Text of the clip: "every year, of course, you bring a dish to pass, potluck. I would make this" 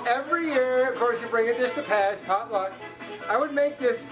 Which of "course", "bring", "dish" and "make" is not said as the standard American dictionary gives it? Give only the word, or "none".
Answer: dish